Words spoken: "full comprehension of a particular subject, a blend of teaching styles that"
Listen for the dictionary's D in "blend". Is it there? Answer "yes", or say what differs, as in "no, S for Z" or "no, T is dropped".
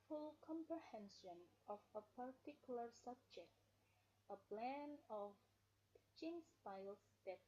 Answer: no, D is dropped